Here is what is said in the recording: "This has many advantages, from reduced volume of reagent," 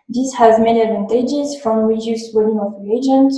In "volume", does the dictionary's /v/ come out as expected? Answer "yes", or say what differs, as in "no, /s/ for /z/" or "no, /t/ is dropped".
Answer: no, /w/ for /v/